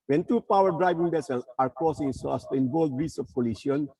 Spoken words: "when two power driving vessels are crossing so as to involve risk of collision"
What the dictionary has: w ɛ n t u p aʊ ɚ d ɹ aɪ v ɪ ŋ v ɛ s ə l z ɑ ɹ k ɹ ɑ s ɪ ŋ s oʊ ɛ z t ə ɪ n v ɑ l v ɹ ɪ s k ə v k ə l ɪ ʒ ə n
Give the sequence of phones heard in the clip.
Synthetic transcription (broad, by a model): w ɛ n t u p aʊ ɚ d ɹ aɪ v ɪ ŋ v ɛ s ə l ɑ ɹ k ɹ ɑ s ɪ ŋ s oʊ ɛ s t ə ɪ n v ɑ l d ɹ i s ə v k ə l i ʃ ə n